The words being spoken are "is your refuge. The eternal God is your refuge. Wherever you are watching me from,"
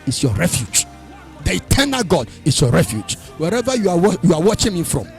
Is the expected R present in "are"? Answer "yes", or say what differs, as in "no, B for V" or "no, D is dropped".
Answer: no, W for R